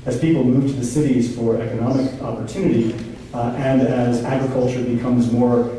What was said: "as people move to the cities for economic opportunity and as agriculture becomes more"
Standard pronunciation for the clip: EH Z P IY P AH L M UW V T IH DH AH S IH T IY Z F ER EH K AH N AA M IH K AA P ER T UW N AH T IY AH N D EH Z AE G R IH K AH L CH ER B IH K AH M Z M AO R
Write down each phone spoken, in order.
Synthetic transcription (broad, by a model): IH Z P IY P L M UW V T IH DH AH S IH T IY Z F ER EH K AH N AA M IH K AA P ER T UW N AH T IY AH N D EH Z AE G R IH K AH L CH ER B IH K AH M Z M AO R